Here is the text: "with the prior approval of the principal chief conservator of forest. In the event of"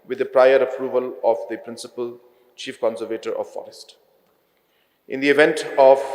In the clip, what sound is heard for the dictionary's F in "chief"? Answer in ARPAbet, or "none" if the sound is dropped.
F